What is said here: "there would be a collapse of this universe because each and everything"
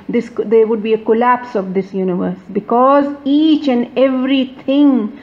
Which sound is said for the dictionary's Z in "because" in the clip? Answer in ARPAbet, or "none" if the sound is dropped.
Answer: Z